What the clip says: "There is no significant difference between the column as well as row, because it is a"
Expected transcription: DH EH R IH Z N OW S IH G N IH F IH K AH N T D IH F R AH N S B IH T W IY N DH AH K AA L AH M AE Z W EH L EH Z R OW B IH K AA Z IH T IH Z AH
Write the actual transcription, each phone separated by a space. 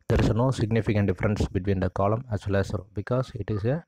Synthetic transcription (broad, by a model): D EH R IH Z N OW S IH G N IH F IH K AH N T D IH F R AH N S B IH T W IY N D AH K AA L AH M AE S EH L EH S R OW B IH K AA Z IH T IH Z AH